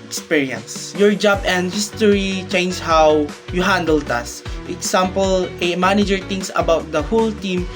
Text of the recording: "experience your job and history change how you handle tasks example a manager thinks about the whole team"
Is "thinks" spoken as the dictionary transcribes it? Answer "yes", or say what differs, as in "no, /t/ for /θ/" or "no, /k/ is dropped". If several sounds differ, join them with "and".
no, /t/ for /θ/ and /k/ is dropped